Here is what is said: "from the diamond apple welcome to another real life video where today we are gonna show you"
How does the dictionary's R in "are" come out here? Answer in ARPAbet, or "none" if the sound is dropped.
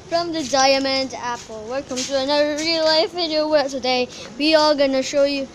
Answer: L